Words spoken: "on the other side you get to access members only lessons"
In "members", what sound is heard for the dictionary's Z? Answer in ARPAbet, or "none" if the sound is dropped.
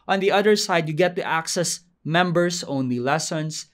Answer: S